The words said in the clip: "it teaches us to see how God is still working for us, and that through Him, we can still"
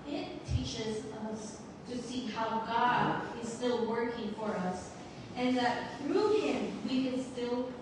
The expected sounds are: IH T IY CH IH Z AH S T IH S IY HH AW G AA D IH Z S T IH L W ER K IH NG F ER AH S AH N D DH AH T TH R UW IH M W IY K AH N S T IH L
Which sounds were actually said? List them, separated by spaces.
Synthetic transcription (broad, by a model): IH T IY CH IH Z AH S T IH S IY HH AW G AA D IH Z S T IH L W ER K IH NG F ER AH S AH N DH AH T TH R UW IH M W IY K AH N S T IH L